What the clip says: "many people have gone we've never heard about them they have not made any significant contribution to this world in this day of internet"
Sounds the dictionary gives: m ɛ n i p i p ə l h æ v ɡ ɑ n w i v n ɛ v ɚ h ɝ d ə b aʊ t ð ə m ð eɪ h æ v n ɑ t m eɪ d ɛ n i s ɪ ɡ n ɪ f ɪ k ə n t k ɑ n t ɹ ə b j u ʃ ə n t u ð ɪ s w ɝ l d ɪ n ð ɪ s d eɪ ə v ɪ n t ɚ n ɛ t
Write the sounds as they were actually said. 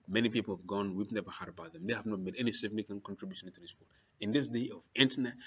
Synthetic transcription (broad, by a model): m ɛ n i p i p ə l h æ v ɡ ɑ n w i v n ɛ v ɚ h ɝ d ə b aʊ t ð ə m ð eɪ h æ v n ɑ t m eɪ d ɛ n i s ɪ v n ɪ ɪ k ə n k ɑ n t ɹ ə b j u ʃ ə n t u ð ɪ s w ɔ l ɪ n ð ɪ s d eɪ ə v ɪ n t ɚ n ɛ t